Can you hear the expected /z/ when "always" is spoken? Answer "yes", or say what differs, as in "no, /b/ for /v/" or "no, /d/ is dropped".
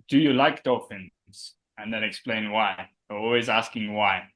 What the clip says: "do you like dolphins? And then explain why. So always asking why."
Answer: yes